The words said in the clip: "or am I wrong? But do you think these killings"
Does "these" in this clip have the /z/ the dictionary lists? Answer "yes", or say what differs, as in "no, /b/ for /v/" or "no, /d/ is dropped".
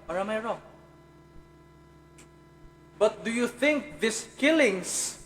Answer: no, /s/ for /z/